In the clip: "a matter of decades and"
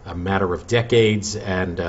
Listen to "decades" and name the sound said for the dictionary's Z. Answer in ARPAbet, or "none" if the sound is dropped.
Z